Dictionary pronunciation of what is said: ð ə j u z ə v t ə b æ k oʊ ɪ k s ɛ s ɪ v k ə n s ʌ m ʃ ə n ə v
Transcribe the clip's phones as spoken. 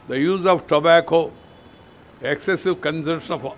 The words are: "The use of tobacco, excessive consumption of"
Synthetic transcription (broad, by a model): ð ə j u z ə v t ə b æ k oʊ ɪ k s ɛ s ɪ v k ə n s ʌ ʃ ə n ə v